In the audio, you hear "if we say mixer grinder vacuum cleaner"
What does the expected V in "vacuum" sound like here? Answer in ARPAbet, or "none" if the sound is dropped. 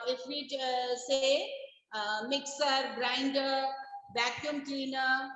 B